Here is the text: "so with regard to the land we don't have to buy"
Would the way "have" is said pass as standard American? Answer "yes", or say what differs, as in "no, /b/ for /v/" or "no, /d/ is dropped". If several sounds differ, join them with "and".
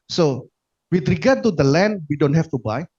no, /f/ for /v/